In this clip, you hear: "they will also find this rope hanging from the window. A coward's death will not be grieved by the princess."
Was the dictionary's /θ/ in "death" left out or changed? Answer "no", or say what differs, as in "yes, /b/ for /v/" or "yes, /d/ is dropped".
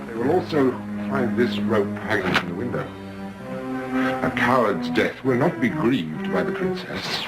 no